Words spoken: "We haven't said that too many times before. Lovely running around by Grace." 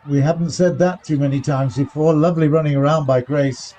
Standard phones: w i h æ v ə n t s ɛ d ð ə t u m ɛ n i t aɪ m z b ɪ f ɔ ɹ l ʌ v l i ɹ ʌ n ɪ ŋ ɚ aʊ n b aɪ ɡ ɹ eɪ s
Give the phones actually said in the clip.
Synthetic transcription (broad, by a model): w i h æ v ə n t s ɛ d ð ə t u m ɛ n i t aɪ m z b ɪ f ɔ ɹ l ʌ v l i ɹ ʌ n ɪ ŋ ɚ aʊ n b aɪ ɡ ɹ eɪ s